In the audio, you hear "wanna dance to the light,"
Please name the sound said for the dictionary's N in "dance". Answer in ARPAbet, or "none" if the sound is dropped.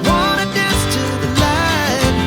none